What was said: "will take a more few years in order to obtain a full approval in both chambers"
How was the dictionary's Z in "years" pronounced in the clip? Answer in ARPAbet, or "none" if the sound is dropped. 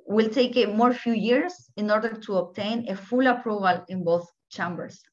S